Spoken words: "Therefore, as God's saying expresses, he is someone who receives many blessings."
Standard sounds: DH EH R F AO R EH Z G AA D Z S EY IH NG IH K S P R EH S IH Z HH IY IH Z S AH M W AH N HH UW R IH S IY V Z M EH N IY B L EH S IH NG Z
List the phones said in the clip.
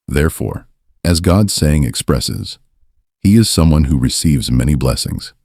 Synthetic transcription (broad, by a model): DH EH R F AO R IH Z G AA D S EY IH NG IH K S P R EH S IH Z HH IY IH Z S AH M W AH N HH UW R IH S IY V Z M EH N IY B L EH S IH NG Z